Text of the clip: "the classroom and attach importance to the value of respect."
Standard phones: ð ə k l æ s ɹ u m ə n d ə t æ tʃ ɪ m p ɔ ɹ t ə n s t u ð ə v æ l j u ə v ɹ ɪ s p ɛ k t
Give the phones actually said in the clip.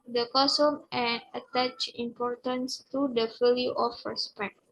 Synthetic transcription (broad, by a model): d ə k ɔ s u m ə n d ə t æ tʃ ɪ m p ɔ ɹ t ə n s t u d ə f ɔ l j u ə f ɹ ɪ s p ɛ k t